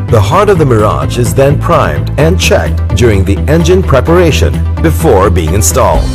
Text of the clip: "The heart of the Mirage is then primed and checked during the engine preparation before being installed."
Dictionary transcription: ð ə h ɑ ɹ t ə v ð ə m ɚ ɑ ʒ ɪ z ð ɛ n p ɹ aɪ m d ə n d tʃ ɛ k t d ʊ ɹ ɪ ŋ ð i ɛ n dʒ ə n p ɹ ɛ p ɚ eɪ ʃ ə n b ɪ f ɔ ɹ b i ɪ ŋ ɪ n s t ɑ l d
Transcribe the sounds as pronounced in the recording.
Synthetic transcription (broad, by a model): ð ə h ɑ ɹ t ə v ð ə m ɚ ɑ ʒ ɪ z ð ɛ n p ɹ aɪ m d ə n tʃ ɛ k t d ʊ ɹ ɪ ŋ ð i ɛ n dʒ ə n p ɹ ɛ p ɚ eɪ ʃ ə n b ɪ f ɔ ɹ b i ɪ ŋ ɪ n s t ɑ l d